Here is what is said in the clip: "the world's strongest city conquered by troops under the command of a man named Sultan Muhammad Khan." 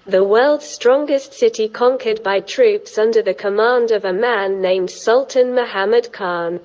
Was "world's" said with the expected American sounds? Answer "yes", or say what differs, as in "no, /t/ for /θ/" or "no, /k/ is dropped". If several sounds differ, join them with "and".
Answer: yes